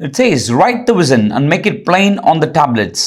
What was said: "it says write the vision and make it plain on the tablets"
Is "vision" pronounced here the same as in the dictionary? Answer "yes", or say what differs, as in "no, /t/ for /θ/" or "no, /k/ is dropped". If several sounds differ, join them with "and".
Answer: no, /z/ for /ʒ/